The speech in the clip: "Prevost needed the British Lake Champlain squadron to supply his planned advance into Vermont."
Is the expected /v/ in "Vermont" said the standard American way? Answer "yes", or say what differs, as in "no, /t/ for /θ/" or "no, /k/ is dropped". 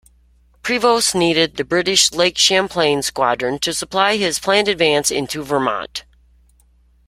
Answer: yes